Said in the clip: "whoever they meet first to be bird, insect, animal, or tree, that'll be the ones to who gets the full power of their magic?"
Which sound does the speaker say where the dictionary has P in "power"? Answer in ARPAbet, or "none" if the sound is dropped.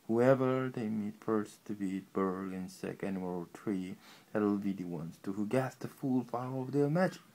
F